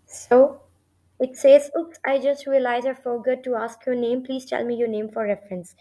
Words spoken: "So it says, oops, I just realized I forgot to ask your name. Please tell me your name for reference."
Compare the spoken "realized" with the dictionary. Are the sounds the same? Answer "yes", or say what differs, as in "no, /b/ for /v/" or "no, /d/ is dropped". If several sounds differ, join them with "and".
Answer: no, /d/ is dropped